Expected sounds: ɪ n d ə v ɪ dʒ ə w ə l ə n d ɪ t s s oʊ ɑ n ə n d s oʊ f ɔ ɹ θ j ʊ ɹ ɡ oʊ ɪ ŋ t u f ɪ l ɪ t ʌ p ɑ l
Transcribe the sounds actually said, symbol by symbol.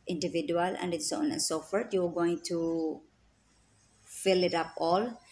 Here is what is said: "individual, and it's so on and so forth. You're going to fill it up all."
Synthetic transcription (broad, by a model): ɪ n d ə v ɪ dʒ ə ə l ə n d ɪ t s s oʊ ɑ n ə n s oʊ f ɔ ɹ t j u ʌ ɡ oʊ ɪ ŋ t u f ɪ l ɪ t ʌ p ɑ l